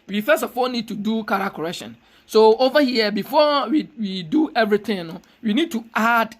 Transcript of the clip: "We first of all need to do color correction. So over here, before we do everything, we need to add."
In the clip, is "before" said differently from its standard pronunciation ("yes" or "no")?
yes